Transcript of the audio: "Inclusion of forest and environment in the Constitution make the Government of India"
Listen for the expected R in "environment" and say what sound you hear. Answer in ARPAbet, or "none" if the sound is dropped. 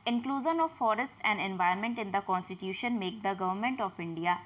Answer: none